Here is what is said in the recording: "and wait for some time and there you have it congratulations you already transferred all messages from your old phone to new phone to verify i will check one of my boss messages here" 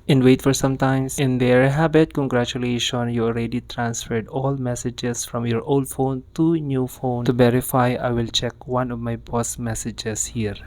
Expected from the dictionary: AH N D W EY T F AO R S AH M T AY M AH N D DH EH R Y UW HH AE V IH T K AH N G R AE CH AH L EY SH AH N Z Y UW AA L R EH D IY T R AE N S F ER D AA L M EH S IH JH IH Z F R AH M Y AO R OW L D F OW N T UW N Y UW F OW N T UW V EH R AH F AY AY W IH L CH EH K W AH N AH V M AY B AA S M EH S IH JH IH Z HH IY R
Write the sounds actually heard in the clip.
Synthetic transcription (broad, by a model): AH N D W EY T F AO R S AH M T AY M AH N D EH R HH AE B IH T K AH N G R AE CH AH L EY SH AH N Y UW AA L R EH D IY T R AE N S F ER D AA L M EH S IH JH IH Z F R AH M Y AO R OW L D F OW N T UW N Y UW F OW N T UW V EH R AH F AY AY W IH L CH EH K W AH N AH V M AY B AA S M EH S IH JH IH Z HH IY R